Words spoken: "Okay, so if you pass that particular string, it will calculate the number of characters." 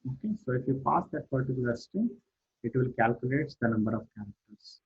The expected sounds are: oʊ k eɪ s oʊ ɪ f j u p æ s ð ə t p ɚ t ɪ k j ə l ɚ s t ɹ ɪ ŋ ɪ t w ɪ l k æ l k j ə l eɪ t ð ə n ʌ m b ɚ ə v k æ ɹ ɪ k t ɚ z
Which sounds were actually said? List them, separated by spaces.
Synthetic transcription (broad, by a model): oʊ k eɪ s oʊ ɪ f j u p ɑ s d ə t p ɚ t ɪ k j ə l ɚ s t ɪ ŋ ɪ t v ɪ l k æ l k j ə l eɪ t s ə n ʌ m b ɚ ə v k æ ɹ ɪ k t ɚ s